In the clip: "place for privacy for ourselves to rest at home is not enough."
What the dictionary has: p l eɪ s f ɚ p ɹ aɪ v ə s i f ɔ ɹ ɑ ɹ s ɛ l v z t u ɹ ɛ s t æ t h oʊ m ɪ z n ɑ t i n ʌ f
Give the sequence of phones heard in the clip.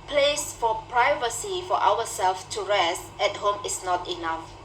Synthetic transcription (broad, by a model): p l eɪ s f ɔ p ɹ aɪ v ə s i f ɔ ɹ ɑ w s ɛ l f t u ɹ ɛ s t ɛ t h oʊ m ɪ s n ɑ t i n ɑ f